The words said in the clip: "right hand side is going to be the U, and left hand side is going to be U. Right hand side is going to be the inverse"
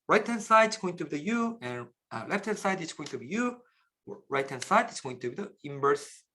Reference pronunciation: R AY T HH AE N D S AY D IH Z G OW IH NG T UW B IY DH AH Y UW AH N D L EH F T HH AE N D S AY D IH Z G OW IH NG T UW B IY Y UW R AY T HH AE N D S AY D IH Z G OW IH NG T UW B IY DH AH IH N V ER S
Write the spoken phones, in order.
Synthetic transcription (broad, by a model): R AY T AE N S AY D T S G OW IH NG T UW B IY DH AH Y UW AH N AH L EH F T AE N S AY D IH S G OW IH NG T UW B IY Y UW R AY T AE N S AY D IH S G OW IH NG T UW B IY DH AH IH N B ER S